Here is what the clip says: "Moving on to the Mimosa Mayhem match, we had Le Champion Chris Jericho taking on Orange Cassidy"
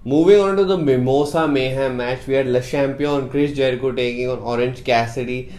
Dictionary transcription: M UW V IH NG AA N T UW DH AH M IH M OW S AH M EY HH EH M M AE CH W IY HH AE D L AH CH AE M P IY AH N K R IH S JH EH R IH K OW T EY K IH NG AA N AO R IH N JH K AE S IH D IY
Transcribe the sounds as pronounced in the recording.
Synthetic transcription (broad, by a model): M UW V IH NG AA N T UW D AH M IH M OW S AH M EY HH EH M M AE CH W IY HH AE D L AH SH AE M P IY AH N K R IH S JH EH R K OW T EY K IH NG AA N AO R IH N JH K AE S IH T IY